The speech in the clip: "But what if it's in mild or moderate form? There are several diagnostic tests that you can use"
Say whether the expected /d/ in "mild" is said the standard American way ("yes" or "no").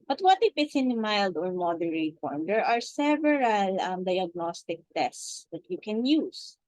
yes